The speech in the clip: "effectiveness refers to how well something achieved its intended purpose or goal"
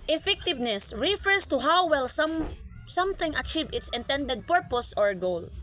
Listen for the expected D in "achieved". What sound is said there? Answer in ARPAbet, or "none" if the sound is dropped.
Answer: none